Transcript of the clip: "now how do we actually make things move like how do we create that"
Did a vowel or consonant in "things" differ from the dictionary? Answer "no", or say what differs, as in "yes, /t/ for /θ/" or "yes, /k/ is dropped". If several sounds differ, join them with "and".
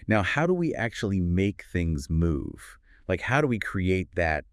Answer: no